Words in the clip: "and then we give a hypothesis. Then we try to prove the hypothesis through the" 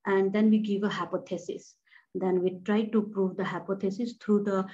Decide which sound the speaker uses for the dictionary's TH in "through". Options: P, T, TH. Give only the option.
T